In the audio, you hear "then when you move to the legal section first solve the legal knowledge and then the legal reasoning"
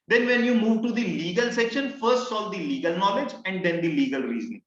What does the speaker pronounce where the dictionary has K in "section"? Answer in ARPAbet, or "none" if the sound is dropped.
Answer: K